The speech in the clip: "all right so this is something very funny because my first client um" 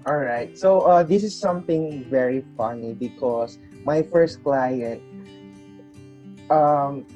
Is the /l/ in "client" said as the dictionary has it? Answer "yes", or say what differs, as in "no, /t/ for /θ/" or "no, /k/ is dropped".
yes